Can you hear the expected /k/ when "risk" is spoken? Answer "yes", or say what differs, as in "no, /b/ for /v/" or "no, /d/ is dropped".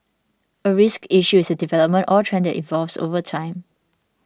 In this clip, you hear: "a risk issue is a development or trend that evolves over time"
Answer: yes